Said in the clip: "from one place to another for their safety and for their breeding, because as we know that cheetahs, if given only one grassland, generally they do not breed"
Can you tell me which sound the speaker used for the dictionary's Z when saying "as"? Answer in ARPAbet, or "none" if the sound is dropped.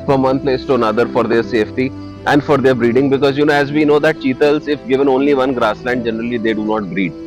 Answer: Z